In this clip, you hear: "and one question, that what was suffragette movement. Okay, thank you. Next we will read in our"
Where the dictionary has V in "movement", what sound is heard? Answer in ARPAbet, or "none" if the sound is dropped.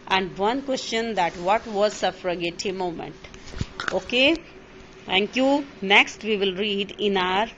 none